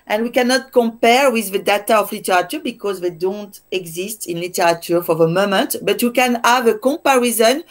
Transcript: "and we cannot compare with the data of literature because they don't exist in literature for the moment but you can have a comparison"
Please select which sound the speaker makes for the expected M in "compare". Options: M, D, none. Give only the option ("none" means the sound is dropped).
M